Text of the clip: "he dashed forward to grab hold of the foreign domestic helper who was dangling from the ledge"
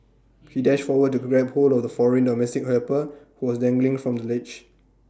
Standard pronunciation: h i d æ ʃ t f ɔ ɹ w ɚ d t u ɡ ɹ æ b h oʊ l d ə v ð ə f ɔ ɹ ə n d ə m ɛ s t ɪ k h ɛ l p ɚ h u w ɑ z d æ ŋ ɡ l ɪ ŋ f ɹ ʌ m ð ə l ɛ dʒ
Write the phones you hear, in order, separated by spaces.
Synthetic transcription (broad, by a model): h i d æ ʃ t f ɔ w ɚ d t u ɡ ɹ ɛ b h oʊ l ə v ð ə f ɔ ɹ ə n d ə m ɛ s t ɪ k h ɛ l p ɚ h u w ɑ s d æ ŋ ɡ l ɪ ŋ f ɹ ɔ m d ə l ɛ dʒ